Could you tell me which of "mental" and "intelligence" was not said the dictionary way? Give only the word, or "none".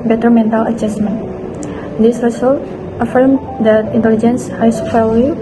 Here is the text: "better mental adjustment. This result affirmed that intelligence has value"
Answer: none